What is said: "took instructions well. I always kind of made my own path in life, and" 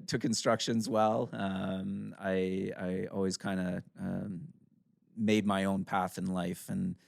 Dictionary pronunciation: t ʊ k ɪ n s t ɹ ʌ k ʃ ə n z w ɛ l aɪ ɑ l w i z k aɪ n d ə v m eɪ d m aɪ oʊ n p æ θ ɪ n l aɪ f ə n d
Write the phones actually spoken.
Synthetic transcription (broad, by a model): t ʊ k ɪ n s t ɹ ʌ k ʃ ə n z w ɛ l aɪ ɑ l w i z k aɪ n d ə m m eɪ d m aɪ oʊ n p æ θ ɪ n l aɪ f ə n